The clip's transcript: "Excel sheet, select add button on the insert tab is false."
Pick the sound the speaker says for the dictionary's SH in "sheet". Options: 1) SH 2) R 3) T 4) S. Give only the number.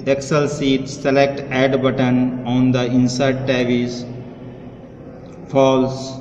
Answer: 4